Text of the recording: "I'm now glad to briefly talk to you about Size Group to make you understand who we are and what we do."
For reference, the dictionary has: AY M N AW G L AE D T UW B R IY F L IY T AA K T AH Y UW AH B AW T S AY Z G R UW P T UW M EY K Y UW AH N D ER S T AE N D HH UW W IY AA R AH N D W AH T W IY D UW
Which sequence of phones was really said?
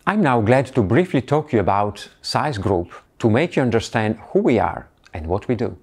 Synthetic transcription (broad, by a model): AY M N AW G L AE D T UW B R IY F L IY T AA K Y UW AH B AW T S AY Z G R UW P T UW M EY K Y UW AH N D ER S T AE N D HH UW W IY AA R AH N D W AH T W IY D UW